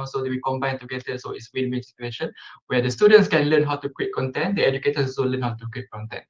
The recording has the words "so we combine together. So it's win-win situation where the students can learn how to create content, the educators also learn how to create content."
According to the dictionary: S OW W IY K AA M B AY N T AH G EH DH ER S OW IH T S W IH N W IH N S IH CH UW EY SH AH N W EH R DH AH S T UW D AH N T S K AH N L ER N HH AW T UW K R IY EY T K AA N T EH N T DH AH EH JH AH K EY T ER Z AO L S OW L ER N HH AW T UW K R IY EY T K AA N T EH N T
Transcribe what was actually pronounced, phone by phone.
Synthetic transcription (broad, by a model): S OW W IY K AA M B AY N T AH G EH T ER S OW IH T S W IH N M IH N S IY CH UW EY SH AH N W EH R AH S T UW D AH N T S K AH N L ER N HH AW T UW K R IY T K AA N T EH N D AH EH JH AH K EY T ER S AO S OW L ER N HH AW T UW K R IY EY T K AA N T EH N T